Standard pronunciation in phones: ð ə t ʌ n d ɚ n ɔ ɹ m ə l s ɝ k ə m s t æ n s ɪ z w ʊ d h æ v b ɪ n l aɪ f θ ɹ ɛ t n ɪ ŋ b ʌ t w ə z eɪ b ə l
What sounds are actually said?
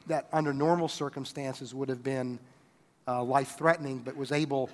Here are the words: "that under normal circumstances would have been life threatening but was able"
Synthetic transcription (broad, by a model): ð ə t ʌ n d ɚ n ɔ ɹ m l s ɝ k ə m s t æ n s ɪ z w ʊ d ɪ v b ɪ n l aɪ f θ ɹ ɛ t n ɪ ŋ b ʌ t w ə z eɪ b l